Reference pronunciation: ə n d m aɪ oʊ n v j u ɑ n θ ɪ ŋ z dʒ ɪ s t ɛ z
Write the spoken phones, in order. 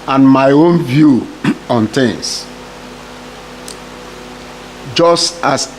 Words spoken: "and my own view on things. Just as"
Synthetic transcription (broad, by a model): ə n m aɪ oʊ n v j u ɑ n t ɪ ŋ s dʒ ɪ s t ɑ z